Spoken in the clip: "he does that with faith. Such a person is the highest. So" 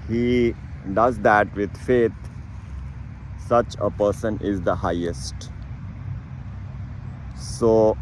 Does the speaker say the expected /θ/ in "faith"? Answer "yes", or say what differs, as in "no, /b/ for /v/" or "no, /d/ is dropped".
no, /t/ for /θ/